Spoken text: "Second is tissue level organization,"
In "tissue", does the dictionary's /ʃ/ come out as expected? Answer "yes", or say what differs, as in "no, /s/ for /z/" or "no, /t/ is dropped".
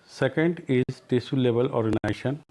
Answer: no, /s/ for /ʃ/